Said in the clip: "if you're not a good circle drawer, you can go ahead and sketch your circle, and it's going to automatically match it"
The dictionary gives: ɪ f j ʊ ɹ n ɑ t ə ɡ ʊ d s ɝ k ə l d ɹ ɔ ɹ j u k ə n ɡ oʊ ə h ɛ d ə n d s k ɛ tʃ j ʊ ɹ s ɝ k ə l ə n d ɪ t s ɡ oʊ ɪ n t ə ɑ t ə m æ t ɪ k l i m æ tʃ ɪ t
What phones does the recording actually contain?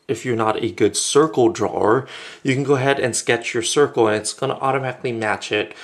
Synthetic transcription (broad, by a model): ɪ f j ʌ ɹ n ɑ t ə ɡ ʊ d s ɝ k l d ɹ ɔ ɹ j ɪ k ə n ɡ oʊ ə h ɛ d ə n s k ɛ tʃ j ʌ ɹ s ɝ k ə l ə n ɪ t s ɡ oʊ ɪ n t ɑ t ə m æ t ɪ k l i m æ tʃ ɪ t